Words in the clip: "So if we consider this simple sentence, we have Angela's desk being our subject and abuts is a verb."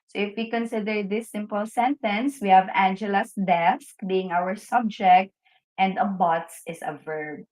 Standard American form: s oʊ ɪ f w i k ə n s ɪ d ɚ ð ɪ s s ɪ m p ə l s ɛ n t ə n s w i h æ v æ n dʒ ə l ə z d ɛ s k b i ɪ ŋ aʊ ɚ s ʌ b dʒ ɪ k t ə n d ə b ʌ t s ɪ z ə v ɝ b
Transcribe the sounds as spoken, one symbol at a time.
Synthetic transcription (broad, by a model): s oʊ ɪ f w i k ə n s ɪ d ɚ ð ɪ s s ɪ m p ə l s ɛ n t ə n s w i h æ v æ n dʒ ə l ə s d ɛ s k b i ɪ ŋ aʊ ɚ s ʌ b dʒ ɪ k t ə n d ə b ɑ t s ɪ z ə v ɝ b